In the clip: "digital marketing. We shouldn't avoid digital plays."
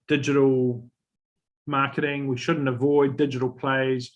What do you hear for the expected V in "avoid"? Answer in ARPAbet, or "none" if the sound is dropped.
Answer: V